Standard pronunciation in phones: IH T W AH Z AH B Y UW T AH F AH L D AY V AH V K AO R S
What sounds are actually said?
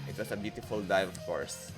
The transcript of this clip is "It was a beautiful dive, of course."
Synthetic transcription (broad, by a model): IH T W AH S AH B Y UW T AH F AH L D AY AH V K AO R S